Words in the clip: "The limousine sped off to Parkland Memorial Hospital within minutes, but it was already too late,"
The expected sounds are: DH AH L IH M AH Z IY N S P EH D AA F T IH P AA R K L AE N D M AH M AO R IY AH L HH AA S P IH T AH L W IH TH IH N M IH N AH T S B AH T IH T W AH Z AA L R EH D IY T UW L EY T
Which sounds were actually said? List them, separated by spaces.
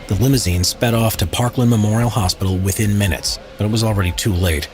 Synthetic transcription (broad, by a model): DH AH L IH M AH Z IY N S P EH D AA F T IH P AA R K L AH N M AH M AO R IY L HH AA S P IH T L W IH TH IH N M IH N AH T S B AH T IH T W AH Z L R EH D IY T UW L EY T